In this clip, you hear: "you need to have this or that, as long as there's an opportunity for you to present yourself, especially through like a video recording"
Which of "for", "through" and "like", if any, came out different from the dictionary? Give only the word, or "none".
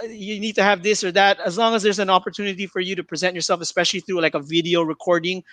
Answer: none